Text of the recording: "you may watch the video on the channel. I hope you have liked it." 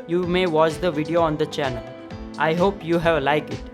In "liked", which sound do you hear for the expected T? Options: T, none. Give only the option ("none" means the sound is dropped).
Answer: none